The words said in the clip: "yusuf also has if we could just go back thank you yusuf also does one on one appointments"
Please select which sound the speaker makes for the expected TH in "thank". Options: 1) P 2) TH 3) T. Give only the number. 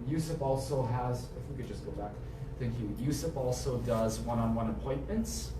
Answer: 2